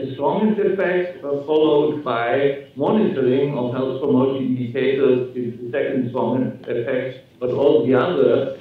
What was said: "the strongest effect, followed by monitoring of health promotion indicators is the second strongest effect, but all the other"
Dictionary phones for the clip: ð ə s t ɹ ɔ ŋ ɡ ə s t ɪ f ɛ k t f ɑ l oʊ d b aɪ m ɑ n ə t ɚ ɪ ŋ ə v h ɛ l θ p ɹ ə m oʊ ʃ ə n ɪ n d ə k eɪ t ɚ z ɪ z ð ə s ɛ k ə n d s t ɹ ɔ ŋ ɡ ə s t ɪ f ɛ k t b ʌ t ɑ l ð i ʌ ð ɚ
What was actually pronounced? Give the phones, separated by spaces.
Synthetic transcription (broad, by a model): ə s t ɹ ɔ ŋ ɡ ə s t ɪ f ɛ k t f ɑ l oʊ d b aɪ m ɑ n ə t ɚ ɪ ŋ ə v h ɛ l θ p ɹ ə m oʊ ə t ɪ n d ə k eɪ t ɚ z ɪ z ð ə s ɛ k ə n d s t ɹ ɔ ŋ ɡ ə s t ɪ f ɛ k t b ʌ t ɑ l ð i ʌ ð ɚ